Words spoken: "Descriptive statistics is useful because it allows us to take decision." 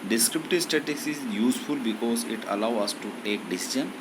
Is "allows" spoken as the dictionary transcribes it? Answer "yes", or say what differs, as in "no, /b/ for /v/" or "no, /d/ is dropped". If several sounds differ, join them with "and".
no, /z/ is dropped